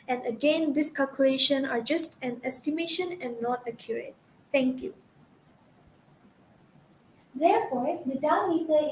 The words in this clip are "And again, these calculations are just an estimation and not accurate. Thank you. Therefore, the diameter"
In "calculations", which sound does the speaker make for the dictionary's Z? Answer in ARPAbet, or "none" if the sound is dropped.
none